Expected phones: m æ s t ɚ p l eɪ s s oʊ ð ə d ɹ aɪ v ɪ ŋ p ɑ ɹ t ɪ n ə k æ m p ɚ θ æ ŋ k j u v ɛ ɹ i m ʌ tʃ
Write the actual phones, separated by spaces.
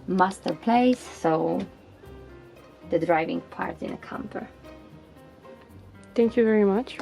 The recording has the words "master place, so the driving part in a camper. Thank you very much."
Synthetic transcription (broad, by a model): m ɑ s t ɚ p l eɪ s s oʊ ð ə d ɹ aɪ v ɪ ŋ p ɑ ɹ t ɪ n ə k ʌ m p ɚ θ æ ŋ k j u v ɛ ɹ i m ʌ tʃ